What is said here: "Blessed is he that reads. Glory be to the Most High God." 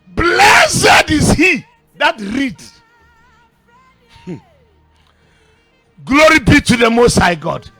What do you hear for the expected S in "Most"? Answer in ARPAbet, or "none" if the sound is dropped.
S